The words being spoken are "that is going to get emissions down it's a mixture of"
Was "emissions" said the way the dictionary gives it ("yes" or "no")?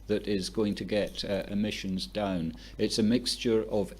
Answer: yes